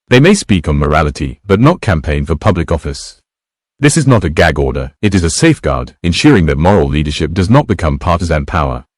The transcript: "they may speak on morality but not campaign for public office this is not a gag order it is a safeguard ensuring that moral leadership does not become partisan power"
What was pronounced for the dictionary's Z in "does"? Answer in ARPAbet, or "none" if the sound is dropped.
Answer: Z